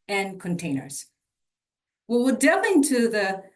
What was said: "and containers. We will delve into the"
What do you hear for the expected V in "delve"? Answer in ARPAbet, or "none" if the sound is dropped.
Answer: none